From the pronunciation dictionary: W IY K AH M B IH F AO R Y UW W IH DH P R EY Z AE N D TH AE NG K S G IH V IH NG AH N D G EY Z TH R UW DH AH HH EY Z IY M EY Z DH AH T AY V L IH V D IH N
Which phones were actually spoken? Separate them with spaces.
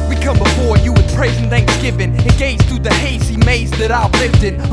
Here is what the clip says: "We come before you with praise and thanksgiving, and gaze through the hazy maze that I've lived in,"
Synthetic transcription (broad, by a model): W IY K AH M B IH F AO R Y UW W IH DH P R EY Z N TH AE NG K S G IH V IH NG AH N G EY Z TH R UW DH AH HH EY S IY M EY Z DH AH T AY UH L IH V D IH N